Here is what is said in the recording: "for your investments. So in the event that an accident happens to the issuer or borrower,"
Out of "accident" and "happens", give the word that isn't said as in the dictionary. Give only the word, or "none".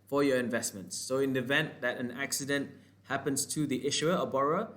happens